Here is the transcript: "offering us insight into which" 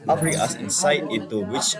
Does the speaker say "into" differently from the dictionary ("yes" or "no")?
yes